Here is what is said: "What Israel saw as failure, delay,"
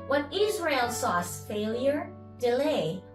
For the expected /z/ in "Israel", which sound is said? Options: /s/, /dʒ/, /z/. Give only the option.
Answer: /z/